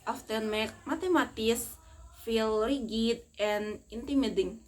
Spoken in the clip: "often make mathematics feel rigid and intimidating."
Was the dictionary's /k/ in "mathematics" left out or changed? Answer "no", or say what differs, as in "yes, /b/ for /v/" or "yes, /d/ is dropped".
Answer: yes, /k/ is dropped